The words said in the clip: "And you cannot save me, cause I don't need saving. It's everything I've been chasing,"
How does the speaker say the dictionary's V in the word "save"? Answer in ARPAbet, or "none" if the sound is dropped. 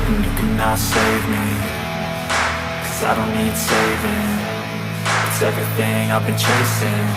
V